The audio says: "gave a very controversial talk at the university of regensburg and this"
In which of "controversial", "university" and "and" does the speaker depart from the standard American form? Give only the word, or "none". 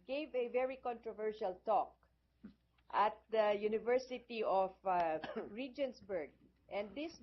none